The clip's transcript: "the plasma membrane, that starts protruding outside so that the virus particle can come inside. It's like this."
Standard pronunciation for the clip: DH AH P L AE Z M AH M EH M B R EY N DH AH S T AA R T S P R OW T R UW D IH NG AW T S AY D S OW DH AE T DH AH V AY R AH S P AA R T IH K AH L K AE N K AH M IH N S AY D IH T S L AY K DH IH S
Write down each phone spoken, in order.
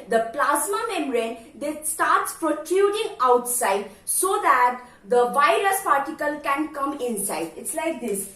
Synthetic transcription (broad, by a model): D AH P L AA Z M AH M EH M R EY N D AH S T AA R T S P R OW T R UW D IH NG AW T S AY D S OW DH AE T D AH V AY R AH S P AA R T IH K AH L K AE N K AH M IH N S AY D IH T S L AY K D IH S